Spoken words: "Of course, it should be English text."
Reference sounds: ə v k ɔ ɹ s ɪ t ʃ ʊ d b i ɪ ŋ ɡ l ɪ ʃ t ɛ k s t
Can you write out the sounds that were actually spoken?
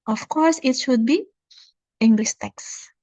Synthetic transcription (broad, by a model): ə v k ɔ ɹ s ɪ t ʃ ʊ d b i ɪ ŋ ɡ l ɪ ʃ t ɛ k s